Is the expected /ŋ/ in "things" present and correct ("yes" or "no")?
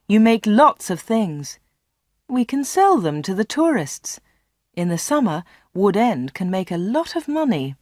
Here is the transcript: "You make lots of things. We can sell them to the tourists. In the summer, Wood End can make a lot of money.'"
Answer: yes